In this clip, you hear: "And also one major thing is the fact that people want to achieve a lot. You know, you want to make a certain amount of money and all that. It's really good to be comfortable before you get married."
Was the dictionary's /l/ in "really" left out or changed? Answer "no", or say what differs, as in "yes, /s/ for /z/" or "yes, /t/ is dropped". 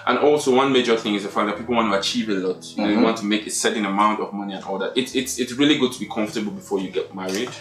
no